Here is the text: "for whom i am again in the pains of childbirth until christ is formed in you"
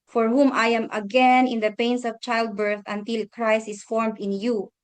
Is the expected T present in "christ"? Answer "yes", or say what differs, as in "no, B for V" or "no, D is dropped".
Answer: no, T is dropped